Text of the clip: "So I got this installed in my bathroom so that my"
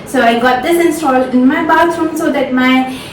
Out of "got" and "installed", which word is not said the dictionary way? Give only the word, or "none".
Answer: installed